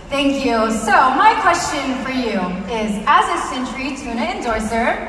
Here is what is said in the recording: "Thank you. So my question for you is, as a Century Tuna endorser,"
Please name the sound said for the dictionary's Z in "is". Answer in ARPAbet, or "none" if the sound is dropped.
Z